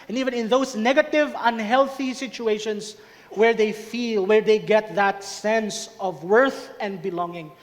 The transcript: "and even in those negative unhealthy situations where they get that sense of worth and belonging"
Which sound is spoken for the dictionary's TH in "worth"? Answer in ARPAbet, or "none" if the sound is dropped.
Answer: TH